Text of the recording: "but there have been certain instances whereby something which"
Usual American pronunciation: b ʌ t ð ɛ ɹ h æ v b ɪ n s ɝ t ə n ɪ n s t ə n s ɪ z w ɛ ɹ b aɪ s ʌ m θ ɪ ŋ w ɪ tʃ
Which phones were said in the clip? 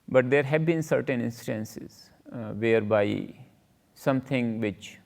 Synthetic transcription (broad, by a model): b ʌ t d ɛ ɹ h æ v b ɪ n s ɝ t ə n ɪ n s t ə n s ɪ z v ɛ ɹ b aɪ s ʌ m t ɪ ŋ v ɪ tʃ